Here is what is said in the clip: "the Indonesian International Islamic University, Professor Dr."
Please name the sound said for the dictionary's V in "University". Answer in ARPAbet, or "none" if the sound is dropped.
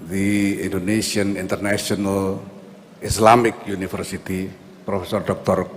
F